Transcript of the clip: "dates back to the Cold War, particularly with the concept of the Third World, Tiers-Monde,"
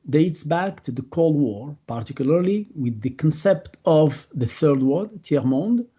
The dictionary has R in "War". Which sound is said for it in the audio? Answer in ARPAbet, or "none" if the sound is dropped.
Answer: R